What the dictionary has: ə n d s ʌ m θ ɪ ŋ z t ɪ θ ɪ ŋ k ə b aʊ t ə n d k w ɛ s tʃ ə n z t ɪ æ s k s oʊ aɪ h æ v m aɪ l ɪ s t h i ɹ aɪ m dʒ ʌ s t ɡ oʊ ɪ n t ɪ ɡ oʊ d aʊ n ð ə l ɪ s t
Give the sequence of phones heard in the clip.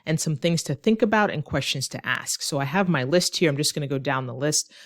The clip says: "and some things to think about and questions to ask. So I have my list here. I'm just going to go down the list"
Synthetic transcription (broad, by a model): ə n s ʌ m θ ɪ ŋ z t ɪ θ ɪ ŋ k ə b aʊ t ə n k w ɛ s tʃ ə n z t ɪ æ s k s oʊ aɪ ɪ v m aɪ l ɪ s t h i ɹ aɪ m dʒ ʌ s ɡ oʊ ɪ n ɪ ɡ oʊ d aʊ n ð ə l ɪ s t